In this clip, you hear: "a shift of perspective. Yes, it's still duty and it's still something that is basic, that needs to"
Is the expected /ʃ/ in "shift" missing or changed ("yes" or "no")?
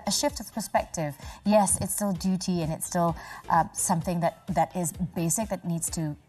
no